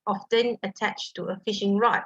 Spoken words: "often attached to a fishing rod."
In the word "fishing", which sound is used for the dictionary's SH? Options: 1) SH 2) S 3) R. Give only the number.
1